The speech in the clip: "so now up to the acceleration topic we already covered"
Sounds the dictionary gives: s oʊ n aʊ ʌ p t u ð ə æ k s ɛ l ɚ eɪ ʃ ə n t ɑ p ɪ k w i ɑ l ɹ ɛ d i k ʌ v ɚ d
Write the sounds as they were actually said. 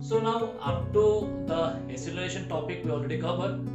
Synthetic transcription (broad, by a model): s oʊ n aʊ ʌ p t u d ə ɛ s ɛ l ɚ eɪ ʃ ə n t ɑ p ɪ k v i ɑ l ɹ ɛ d i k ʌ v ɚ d